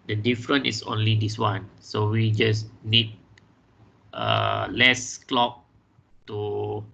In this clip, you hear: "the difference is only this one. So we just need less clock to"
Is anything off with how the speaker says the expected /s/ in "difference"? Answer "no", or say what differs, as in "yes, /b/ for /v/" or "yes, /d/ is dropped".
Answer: yes, /s/ is dropped